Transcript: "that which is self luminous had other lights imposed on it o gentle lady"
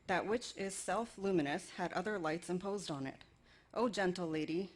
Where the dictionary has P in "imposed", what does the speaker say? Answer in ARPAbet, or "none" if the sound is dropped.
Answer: P